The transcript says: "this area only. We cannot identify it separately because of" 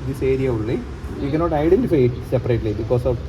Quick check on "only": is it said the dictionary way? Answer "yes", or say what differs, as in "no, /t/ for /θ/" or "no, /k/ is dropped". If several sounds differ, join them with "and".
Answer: no, /n/ is dropped